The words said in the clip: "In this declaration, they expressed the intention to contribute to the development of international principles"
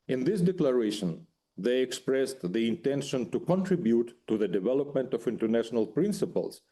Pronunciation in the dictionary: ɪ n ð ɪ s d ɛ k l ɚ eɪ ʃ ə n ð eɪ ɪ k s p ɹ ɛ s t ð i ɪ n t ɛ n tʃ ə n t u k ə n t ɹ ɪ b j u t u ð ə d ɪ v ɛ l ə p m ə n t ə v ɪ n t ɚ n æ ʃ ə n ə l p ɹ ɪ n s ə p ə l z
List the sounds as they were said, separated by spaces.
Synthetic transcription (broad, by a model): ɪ n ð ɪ s d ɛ k l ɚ eɪ ʃ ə n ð eɪ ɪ k s p ɹ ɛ s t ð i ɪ n t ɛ n ʃ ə n t u k ə n t ɹ ɪ b j u t u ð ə d ɪ v ɛ l ə p m ə n t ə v ɪ n t ɚ n æ ʃ ə n ə l p ɹ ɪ n s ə p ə l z